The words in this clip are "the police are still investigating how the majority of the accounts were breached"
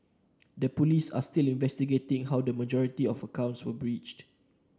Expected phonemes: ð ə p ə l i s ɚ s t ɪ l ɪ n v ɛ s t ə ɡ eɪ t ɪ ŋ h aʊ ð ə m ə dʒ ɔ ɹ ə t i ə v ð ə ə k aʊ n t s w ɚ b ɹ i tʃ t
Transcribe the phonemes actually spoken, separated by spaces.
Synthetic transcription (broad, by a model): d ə p ə l i s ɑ s t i l ɪ n v ɛ s t ə ɡ eɪ t ɪ ŋ h aʊ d ə m ə dʒ ɔ ɹ ə t i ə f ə ə k aʊ n t s w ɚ b ɹ i tʃ t